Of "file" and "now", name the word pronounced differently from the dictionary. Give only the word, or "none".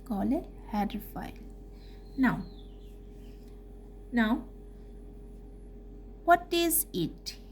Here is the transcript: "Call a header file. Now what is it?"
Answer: file